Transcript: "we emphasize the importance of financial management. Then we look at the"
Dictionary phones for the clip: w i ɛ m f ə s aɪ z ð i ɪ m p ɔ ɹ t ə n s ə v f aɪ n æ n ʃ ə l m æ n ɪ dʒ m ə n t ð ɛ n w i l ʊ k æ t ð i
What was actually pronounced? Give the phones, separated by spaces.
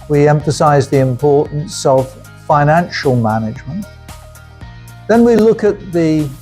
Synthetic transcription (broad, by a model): w i ɛ m f ə s aɪ z ð i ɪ m p ɔ ɹ t n s ə v f aɪ n æ n ʃ ə l m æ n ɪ dʒ m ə n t ð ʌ n w i l ʊ k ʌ t ð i